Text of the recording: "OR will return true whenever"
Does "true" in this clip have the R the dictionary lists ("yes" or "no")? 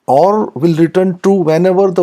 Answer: no